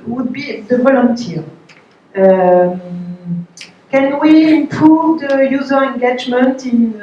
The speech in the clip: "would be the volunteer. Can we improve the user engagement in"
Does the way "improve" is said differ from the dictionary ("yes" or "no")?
yes